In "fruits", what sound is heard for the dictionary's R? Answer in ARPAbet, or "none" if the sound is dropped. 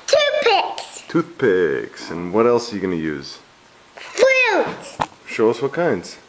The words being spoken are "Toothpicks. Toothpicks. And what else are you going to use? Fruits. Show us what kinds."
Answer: L